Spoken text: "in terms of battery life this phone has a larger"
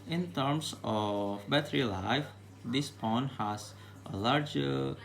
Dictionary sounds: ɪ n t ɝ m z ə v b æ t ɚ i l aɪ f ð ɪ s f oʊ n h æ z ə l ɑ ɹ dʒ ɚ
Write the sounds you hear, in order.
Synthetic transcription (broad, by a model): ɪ n t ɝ m s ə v b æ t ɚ i l aɪ f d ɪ s p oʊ n h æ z ə l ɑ ɹ dʒ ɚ